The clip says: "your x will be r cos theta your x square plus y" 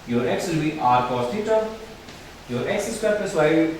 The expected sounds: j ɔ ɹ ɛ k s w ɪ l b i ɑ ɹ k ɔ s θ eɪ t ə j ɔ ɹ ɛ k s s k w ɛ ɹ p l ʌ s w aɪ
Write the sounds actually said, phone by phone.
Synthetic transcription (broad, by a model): j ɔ ɹ ɛ k s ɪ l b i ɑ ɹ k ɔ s t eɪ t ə j ɔ ɹ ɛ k s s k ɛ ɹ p ʌ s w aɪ